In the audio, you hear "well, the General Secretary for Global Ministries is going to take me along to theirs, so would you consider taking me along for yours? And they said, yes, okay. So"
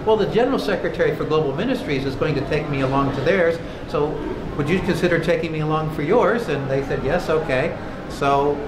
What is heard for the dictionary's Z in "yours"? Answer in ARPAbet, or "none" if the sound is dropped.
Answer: Z